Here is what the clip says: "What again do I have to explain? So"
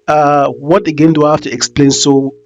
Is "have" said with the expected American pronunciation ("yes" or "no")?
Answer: no